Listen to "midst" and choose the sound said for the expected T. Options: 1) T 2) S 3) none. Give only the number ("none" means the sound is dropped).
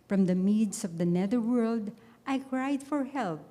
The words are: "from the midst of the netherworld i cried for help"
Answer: 3